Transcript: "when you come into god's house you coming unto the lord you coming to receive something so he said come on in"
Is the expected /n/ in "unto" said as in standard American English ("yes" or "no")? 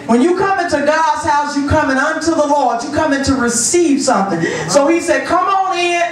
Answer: yes